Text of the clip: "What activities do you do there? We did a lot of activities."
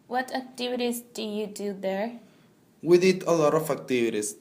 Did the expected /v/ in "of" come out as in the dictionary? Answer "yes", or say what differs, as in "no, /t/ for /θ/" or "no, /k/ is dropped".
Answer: no, /f/ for /v/